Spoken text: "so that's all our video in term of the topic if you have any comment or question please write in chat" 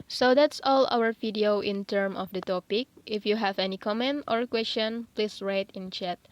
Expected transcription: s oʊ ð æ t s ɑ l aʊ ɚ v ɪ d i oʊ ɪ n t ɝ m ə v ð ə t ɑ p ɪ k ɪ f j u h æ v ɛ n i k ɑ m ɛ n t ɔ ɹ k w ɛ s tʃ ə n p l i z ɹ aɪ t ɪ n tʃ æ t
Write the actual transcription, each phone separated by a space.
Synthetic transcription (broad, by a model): s oʊ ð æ t s ɑ l aʊ ɚ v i d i oʊ ɪ n t ɝ m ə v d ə t ɑ p ɪ k ɪ f j u h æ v ɛ n i k ɑ m ɛ n t ɔ ɹ k w ɛ s tʃ ə n p l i s ɹ aɪ t ɪ n tʃ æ t